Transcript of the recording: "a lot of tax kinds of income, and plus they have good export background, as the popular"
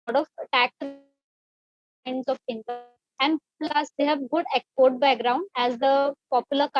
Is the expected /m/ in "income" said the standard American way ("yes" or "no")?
no